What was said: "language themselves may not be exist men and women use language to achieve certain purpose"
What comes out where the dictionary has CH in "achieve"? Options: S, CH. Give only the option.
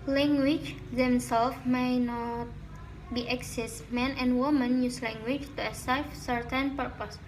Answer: S